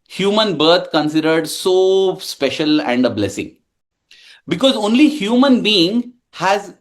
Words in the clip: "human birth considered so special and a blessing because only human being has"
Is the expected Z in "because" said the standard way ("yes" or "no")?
yes